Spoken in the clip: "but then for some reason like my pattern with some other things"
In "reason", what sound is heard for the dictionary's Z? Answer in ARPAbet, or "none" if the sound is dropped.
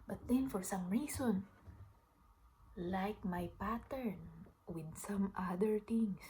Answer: S